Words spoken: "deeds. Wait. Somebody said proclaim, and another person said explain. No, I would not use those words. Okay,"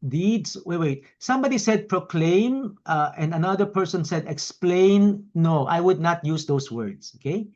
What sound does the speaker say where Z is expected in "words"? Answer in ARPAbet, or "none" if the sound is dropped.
S